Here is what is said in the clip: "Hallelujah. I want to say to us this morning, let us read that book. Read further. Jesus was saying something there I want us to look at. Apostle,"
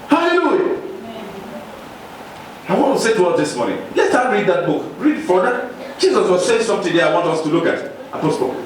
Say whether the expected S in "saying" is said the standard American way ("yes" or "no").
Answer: no